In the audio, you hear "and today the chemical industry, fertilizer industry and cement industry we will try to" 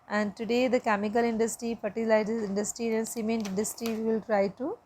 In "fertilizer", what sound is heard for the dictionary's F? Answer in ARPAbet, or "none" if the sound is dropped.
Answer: P